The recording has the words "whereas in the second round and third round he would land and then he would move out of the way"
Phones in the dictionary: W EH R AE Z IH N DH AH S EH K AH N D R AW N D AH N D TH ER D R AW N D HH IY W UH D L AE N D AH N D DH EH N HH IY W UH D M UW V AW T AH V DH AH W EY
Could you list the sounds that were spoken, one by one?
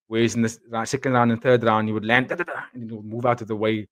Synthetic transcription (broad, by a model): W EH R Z IH N DH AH S EH K AH N D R AW N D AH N TH ER D R AW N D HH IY W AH D L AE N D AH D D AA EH N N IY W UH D M UW V AW T AH V DH AH W EY